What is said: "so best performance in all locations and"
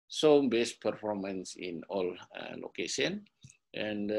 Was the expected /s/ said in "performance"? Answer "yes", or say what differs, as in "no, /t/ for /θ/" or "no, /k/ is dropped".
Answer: yes